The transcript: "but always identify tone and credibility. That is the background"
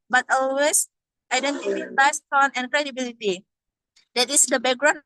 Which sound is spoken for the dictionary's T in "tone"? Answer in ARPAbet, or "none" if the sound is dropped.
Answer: S